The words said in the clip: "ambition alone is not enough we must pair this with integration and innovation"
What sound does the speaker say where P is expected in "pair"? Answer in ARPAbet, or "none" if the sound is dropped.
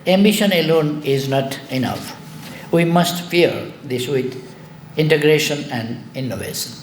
F